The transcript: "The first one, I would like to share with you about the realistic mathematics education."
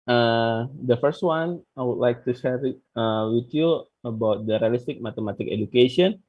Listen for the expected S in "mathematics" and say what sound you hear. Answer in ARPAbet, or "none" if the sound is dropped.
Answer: none